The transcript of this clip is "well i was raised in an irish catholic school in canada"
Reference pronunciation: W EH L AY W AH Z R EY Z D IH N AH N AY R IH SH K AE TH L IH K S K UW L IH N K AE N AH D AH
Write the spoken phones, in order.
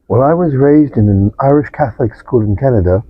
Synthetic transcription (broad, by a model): W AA L AY W AH Z R EY Z D IH N AH N AY R IH SH K AE TH L IH K S K UW L IH N K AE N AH D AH